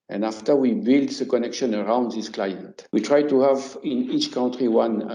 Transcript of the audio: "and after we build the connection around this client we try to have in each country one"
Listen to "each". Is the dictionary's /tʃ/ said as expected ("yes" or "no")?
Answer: yes